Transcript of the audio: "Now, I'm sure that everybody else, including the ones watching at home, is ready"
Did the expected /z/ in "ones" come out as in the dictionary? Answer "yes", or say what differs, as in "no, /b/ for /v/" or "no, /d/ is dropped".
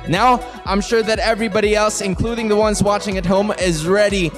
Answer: yes